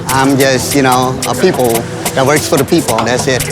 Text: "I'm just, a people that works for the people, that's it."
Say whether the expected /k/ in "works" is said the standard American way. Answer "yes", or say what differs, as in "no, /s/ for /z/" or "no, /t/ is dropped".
yes